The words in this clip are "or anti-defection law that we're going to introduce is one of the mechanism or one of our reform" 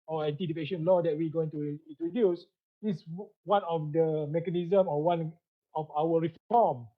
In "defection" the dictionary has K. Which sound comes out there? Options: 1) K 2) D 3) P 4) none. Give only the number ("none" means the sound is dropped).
4